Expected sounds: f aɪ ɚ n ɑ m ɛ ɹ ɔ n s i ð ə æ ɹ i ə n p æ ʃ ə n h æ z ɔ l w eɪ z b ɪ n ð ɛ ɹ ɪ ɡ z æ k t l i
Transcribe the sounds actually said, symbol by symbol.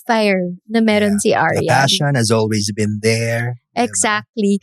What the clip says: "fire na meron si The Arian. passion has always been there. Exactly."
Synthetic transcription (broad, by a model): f aɪ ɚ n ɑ m ɛ ɹ ɔ n s i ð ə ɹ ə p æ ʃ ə n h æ z ɔ l w eɪ z b ɪ n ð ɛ ɹ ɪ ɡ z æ k t l i